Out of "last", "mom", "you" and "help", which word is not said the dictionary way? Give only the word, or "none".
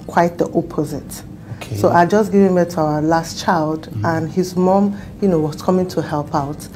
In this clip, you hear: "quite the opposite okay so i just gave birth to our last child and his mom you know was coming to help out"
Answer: none